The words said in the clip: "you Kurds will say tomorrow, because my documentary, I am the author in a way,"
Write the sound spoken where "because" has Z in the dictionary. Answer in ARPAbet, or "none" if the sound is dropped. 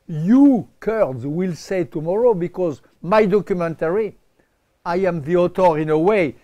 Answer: Z